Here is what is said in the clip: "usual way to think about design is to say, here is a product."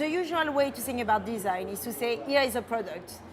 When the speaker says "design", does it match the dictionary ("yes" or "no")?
yes